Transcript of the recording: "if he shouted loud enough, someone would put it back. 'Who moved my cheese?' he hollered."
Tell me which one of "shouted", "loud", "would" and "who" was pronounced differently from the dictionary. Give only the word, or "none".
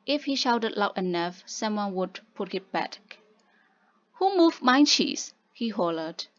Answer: loud